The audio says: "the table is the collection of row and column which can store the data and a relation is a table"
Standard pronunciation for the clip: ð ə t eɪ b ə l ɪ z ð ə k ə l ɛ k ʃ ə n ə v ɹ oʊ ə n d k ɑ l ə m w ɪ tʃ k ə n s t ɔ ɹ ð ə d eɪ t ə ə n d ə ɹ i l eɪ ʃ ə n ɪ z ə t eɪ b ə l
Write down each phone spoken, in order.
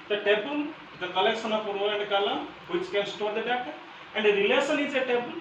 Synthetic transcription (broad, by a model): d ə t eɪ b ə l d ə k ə l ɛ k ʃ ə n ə p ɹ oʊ ə n d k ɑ l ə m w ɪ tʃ k ə n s t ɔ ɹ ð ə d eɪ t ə ə n d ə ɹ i l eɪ s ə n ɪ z ə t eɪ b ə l